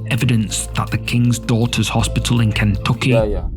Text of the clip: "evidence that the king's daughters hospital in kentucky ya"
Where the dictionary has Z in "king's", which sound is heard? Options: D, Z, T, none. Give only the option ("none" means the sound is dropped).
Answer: Z